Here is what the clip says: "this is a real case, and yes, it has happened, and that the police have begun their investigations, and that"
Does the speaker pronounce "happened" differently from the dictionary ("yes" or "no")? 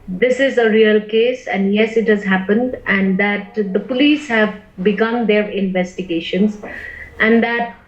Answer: no